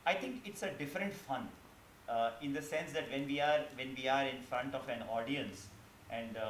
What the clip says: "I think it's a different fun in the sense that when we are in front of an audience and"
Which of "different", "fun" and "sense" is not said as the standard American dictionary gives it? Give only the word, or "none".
none